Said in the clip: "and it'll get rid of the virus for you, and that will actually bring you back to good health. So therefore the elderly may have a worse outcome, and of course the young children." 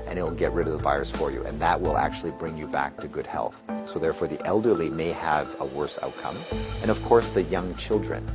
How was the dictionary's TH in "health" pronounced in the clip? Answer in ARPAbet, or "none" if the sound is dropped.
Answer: TH